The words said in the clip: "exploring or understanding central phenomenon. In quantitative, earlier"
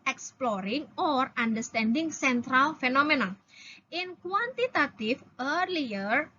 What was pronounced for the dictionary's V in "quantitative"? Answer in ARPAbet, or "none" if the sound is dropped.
F